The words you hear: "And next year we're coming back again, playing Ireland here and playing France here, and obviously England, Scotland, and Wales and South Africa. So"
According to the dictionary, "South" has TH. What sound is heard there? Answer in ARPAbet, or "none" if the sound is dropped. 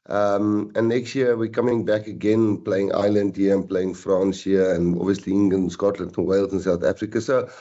TH